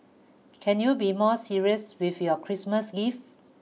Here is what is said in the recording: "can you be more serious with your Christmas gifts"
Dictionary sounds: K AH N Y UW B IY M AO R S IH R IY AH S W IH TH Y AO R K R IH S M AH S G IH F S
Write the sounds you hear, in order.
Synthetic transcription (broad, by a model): K AH N Y UW B IY M AO S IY R IY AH S W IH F Y AO K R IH S M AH S G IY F